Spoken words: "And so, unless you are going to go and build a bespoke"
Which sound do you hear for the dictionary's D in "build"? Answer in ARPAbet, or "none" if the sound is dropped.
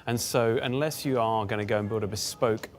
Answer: D